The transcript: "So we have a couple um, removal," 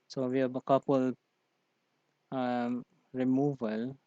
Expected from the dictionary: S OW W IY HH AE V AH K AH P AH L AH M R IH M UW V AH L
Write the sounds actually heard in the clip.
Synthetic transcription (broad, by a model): S OW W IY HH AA B AH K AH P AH L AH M R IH M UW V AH L